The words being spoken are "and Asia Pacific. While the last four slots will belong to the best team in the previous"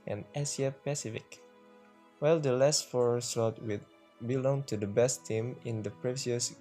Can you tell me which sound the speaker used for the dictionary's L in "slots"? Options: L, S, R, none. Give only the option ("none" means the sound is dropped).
none